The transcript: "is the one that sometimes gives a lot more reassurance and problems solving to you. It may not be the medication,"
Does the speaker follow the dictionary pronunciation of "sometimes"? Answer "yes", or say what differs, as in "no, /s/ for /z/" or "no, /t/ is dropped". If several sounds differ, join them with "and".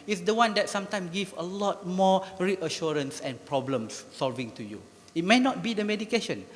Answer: no, /z/ is dropped